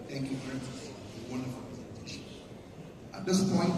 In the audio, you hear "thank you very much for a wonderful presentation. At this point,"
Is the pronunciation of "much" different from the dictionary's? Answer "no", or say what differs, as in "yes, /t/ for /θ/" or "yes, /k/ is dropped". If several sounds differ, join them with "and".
yes, /s/ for /tʃ/